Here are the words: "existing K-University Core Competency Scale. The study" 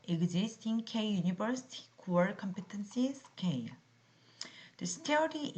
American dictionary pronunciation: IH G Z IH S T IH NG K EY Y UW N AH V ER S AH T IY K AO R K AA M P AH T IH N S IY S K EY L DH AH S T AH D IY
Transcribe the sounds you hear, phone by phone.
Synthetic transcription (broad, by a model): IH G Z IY S T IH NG K EY Y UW N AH B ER S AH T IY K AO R K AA M P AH T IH N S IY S K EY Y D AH S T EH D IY